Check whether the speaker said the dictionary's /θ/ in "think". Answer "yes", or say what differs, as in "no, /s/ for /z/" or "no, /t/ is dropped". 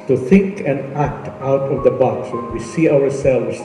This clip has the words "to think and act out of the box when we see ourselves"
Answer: yes